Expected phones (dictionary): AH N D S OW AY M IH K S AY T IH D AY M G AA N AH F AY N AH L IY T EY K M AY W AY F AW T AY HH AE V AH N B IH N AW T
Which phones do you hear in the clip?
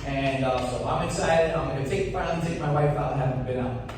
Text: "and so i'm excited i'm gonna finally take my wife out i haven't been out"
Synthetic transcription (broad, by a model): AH N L S OW AY M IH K S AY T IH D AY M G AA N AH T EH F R N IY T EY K M AY W AY F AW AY HH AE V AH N B IH N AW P